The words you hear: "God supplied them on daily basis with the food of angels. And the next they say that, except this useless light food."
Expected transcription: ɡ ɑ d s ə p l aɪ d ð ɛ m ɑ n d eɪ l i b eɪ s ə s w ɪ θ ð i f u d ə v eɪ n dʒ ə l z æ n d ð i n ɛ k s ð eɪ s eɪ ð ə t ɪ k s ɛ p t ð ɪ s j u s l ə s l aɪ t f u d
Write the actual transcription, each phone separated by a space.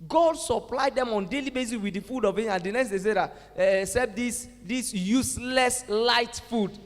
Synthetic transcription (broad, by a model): ɡ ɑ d s ə p l aɪ d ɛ m ɑ n d eɪ l i b eɪ s ə s w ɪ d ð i f u d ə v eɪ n ə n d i n ɛ k s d eɪ s eɪ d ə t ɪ s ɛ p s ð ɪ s j u s l ə s l aɪ t f u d